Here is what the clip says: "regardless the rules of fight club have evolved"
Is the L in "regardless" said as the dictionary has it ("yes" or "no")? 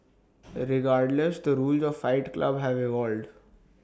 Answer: yes